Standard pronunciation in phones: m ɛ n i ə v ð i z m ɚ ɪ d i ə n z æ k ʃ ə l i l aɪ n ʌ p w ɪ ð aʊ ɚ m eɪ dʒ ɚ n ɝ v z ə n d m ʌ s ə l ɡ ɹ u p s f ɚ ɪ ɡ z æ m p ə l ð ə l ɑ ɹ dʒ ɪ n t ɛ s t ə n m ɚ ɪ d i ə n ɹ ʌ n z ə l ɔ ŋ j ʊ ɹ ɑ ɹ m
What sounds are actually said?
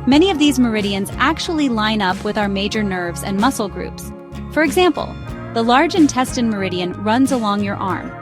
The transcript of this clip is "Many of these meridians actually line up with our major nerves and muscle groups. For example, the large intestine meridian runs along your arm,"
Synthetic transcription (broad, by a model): m ɛ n i ə v ð i z m ɚ ɪ d i ə n z æ k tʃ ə l i l aɪ n ʌ p w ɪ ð aʊ ɚ m eɪ dʒ ɚ n ɝ v z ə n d m ʌ s l ɡ ɹ u p s f ɚ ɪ ɡ z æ m p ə l ð ə l ɑ ɹ dʒ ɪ n t ɛ s t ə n m ɚ ɪ d i ə n ɹ ʌ n z ə l ɔ ŋ j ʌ ɹ ɑ ɹ m